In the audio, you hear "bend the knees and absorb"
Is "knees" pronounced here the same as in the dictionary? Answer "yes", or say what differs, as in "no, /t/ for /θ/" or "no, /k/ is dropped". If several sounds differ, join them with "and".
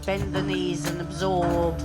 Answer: yes